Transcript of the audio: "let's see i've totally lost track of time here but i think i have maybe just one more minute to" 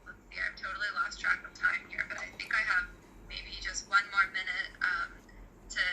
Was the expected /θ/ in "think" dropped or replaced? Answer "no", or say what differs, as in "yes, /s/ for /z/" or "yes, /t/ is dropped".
no